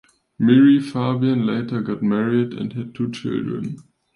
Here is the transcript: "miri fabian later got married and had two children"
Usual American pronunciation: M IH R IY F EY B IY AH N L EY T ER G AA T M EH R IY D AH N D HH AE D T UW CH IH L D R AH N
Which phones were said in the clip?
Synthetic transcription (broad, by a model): M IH R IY F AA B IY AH N L EY T ER G AA T M EH R IY D AH N D HH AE D T UW CH IH L D R AH N